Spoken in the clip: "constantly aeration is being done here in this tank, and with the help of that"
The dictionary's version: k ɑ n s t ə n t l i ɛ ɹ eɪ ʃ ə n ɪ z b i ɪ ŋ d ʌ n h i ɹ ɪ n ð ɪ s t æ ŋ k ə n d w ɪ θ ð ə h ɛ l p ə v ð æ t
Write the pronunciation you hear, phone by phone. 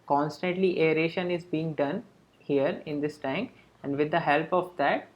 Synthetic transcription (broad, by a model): k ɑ n s t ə n t l i ɛ ɹ eɪ ʃ ə n ɪ z b i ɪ ŋ d ʌ n h i ɹ ɪ n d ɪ s t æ ŋ k ə n d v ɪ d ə h ɛ l p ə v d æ t